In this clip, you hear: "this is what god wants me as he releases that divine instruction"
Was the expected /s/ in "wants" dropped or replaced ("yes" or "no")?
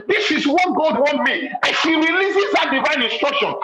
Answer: yes